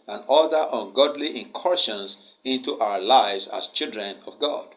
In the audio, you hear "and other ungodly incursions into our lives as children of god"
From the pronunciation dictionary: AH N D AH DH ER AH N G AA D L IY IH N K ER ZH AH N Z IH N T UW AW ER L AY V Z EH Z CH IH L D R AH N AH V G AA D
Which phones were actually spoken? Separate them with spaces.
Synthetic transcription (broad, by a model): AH N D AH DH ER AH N G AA D L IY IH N K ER SH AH N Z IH N T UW AW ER L AY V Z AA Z CH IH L D R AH N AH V G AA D